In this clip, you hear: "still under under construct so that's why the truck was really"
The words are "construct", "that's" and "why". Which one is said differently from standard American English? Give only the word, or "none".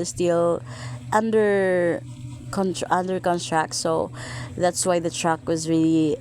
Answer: construct